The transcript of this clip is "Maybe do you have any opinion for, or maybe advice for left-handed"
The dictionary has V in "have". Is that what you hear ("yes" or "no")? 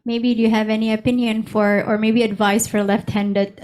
yes